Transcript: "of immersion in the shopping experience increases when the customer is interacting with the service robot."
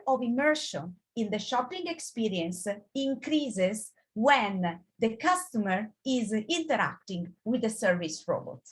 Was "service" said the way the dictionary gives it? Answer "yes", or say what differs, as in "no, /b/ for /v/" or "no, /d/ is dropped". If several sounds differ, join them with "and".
yes